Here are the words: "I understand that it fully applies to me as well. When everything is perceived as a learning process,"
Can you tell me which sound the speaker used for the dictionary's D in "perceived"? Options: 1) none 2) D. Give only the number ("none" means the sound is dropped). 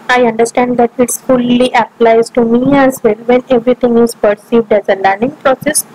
2